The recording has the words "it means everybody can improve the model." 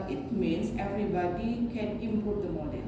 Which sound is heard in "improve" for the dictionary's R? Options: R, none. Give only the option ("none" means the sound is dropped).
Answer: none